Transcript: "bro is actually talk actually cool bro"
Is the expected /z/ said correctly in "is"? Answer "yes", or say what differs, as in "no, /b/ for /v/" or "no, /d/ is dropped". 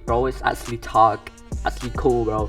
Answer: no, /s/ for /z/